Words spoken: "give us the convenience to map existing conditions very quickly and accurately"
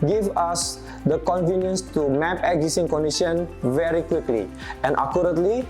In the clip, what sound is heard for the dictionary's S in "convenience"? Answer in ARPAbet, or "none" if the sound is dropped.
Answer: S